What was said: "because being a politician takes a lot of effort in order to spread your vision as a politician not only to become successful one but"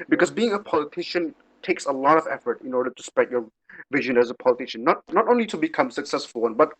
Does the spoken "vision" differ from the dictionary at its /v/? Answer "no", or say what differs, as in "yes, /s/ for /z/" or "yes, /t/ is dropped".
no